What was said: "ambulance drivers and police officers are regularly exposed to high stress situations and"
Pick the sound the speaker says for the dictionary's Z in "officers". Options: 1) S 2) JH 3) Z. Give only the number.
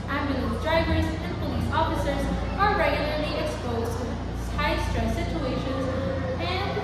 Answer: 3